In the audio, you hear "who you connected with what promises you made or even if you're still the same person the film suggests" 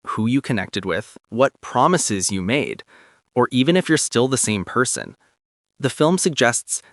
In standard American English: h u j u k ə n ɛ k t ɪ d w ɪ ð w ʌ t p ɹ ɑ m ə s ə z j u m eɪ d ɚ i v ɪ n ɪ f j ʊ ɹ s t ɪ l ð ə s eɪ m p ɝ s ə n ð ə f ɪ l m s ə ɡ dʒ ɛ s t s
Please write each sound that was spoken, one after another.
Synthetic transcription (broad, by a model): h u j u k ə n ɛ k t ɪ d w ɪ ð w ʌ t p ɹ ɑ m ə s ə z j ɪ m eɪ d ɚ i v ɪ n ɪ f j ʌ ɹ s t ɪ l ð ə s eɪ m p ɝ s ə n ð ə f ɪ l m s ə ɡ dʒ ɛ s t s